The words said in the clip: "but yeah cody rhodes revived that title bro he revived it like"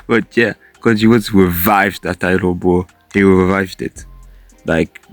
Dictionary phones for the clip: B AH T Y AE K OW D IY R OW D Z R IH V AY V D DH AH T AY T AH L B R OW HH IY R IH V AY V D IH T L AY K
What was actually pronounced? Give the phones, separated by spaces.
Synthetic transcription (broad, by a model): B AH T Y AE K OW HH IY W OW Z R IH V AY V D DH AH T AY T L B OW HH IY R IH V AY V D IH T L AY K